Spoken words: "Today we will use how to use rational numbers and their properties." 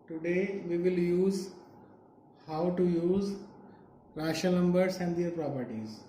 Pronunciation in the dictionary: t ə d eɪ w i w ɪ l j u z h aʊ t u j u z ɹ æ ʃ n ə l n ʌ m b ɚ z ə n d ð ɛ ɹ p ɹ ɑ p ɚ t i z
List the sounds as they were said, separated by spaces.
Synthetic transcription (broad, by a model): t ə d eɪ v i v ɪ l j u z h aʊ t u j u z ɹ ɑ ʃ ə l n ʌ m b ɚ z ə n d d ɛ ɹ p ɹ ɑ p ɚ t i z